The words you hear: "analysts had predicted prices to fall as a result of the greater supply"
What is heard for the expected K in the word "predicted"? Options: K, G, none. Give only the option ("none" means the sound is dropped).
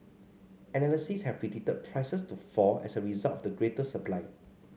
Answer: none